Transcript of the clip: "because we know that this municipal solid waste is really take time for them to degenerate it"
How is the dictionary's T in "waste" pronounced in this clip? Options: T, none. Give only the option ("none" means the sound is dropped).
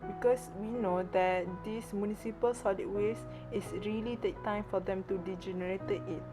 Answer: none